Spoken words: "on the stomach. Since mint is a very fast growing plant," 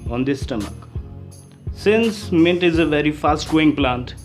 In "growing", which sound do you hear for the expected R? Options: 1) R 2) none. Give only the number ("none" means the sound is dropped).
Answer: 2